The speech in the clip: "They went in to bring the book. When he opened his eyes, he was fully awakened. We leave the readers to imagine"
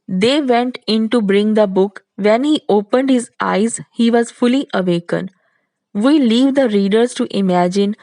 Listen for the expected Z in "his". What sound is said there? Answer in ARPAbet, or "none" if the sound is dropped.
Z